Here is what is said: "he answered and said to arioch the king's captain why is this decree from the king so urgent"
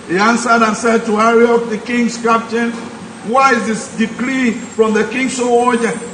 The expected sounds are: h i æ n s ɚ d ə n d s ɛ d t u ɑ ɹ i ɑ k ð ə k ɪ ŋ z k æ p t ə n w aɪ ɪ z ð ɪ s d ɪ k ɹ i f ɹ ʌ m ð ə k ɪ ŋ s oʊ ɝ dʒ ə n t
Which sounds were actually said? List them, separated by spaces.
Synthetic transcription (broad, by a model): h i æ n s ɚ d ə n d s ɛ d t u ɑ ɹ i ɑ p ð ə k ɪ ŋ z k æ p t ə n w aɪ ɪ z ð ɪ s d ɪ k l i f ɹ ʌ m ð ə k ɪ ŋ s oʊ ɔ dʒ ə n